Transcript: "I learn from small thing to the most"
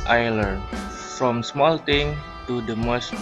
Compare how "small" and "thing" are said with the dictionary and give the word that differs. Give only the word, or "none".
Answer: thing